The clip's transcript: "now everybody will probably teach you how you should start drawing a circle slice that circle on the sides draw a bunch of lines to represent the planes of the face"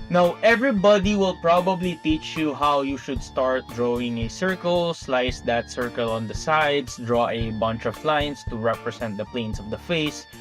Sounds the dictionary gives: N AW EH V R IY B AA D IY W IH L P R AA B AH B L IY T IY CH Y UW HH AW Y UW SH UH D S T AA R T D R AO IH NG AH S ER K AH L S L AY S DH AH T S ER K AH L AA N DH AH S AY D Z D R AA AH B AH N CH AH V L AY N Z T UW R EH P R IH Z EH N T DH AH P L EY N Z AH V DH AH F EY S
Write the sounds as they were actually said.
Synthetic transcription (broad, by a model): N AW EH V R IY B AA D IY W IH L P R AA B AH B L IY T IY CH Y UW HH AW Y UW SH UH D S T AA R T D R AO IH NG AH S ER K AH L S L AY S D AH T S ER K AH L AA N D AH S AY D S D R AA AH B AH N CH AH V L AY N S T UW R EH P R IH S EH N T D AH P L EY N S AH V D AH F EY S